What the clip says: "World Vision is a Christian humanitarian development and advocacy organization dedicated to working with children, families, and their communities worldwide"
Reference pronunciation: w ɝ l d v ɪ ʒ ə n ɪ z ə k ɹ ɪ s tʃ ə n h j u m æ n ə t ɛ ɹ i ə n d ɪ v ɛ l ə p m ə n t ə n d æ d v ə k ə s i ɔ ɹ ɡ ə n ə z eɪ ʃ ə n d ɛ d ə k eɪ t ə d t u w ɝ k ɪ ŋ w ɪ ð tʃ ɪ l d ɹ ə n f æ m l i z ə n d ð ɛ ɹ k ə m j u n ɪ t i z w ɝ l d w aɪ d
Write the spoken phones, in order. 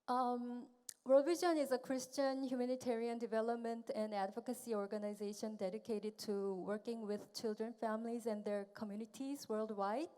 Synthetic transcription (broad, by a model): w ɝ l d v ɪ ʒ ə n ɪ z ə k ɹ ɪ s tʃ ə n h j u m æ n ə t ɛ ɹ i ə n d ɪ v ɛ l ə p m ə n t ə n d æ d v ə k ə s i ɔ ɹ ɡ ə n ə z eɪ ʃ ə n d ɛ d ə k eɪ t ə d t u w ɝ k ɪ ŋ w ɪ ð tʃ ɪ l d ɹ ə n f æ m l i z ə n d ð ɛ ɹ k ə m j u n ɪ t i z w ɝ l d w aɪ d